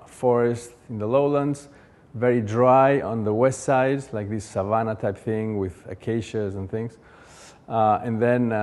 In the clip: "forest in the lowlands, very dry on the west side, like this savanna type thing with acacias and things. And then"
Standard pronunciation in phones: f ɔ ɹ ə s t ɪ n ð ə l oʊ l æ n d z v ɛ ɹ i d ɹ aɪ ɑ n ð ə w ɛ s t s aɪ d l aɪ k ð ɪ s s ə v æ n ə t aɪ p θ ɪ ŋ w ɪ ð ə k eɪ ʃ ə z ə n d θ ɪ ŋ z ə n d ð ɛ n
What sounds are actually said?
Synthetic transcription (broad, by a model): f ɔ ɹ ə s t ɪ n ð ə l oʊ l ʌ n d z v ɛ ɹ i d ɹ aɪ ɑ n ð ə w ɛ s t s aɪ d l aɪ k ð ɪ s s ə v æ n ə t aɪ p θ ɪ ŋ w ɪ ð ə k eɪ ʃ ə z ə n θ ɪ ŋ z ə n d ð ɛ n